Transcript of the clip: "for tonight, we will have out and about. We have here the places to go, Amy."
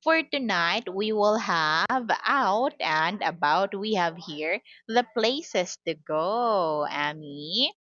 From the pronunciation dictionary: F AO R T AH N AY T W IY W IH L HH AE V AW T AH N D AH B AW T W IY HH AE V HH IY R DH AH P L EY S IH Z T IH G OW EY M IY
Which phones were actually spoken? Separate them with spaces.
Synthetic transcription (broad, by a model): F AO R T AH N AY T W IY W IH L HH AE V AW T AH N D AH B AW T W IY HH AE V HH IY R DH AH P L EY S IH S T IH G OW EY M IY